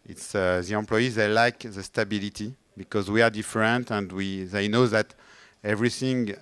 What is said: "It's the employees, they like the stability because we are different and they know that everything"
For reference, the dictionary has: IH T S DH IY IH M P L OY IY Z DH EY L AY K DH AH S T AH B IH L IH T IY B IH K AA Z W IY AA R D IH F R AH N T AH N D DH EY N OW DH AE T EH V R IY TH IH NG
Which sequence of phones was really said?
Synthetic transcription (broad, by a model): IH T S DH IY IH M P L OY IY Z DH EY L AY K DH AH S T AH B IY L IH T IY B IH K AA Z W IY AA R D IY F R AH N T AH N D DH EY N OW DH AE T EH V R IY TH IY NG